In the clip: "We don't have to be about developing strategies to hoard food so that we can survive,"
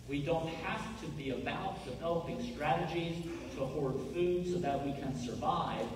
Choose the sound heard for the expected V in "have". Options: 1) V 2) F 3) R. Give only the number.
2